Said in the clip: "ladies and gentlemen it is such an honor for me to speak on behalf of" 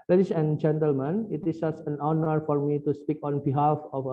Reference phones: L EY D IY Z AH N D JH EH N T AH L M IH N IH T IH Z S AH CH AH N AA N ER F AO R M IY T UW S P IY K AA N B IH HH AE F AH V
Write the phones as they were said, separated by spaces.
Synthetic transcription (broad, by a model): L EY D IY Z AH N JH EH N T AH L M IH N IH T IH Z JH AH S AH N AA N ER F AO R M IY T UW S P IY K AA N B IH HH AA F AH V